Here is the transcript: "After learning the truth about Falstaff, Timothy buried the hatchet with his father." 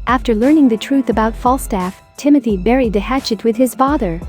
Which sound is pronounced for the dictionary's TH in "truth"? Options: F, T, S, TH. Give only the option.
TH